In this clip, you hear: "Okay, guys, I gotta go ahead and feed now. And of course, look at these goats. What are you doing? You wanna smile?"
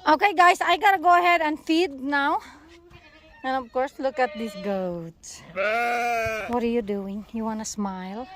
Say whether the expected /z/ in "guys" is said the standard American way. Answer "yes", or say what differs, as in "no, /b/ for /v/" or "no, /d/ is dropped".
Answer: no, /s/ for /z/